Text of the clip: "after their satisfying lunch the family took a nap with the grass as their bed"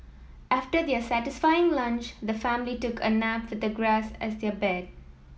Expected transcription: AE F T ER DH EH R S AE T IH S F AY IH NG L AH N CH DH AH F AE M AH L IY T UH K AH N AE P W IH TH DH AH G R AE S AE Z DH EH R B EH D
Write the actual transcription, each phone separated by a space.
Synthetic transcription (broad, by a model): AE F T ER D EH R S AE T IH S F AY IH NG L AH N CH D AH F AE M AH L IY T UH K AH N AE P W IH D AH G R AE S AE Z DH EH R B EH D